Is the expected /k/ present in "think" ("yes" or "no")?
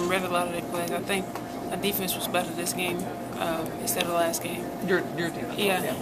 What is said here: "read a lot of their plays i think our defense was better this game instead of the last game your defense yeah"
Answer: yes